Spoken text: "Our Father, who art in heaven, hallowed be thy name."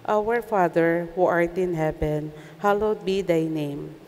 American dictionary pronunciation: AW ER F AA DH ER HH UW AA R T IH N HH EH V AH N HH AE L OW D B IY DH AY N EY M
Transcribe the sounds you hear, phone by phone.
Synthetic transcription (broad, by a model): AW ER F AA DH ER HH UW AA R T IH N HH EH P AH N HH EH L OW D B IY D AY N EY M